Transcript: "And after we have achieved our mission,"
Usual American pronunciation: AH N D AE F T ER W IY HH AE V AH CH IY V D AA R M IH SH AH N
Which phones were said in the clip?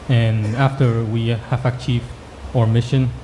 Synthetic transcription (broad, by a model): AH N AE F T ER W IY HH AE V AH CH IY V D AA R M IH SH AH N